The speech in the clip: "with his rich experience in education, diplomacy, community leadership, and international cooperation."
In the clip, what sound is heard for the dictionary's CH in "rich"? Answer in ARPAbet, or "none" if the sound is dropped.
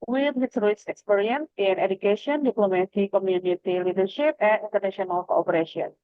S